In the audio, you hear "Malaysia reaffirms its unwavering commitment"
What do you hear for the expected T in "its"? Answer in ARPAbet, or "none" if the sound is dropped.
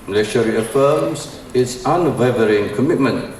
T